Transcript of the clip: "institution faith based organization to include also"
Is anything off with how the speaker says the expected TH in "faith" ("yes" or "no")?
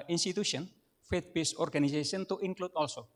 yes